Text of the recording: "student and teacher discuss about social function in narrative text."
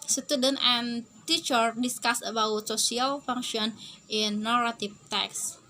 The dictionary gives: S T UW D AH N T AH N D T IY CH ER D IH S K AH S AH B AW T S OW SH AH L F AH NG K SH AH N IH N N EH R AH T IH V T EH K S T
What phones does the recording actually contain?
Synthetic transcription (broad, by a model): S T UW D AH N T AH N T IY CH ER D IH S K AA S AH B AW T S OW S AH L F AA NG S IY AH N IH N N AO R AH T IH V T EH K S